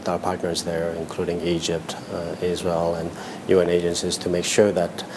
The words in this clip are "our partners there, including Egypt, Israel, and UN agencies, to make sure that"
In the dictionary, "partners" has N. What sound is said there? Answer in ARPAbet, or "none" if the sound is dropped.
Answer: N